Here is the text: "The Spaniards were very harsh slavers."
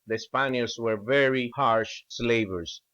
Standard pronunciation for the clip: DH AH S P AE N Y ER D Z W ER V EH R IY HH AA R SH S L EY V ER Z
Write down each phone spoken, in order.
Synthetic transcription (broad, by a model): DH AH S P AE N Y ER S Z W ER V EH R IY HH AA R SH S L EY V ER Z